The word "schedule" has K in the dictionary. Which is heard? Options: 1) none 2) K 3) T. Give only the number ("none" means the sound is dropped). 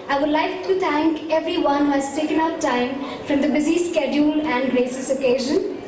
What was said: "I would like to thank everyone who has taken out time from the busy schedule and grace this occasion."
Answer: 2